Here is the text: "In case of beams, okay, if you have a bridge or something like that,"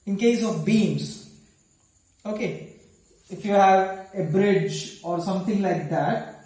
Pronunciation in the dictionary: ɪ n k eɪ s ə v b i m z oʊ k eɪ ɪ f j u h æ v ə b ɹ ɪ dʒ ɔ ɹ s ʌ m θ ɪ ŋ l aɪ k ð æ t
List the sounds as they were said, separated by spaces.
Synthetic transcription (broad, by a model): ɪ n k eɪ s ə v b i m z oʊ k eɪ ɪ f j u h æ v ə b ɹ ɪ dʒ ɔ ɹ s ʌ m t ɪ ŋ l aɪ k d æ t